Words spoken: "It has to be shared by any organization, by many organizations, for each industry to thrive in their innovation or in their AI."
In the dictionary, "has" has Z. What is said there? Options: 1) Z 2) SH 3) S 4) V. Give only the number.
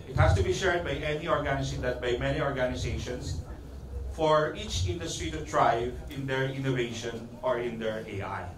3